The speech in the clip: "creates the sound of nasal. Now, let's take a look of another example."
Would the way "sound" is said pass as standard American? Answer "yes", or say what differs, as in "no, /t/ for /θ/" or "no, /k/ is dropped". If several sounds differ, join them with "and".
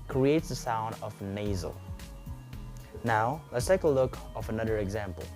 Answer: yes